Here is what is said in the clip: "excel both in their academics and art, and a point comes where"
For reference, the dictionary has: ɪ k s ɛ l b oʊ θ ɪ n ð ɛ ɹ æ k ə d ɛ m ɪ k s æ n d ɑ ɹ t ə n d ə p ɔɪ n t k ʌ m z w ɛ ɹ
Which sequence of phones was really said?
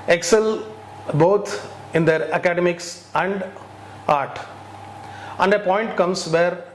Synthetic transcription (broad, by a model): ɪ k s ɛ l b oʊ t ɪ n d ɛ ɹ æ k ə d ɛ m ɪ k s æ n d ɑ ɹ t ə n d ə p ɔɪ n t k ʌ m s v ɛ ɹ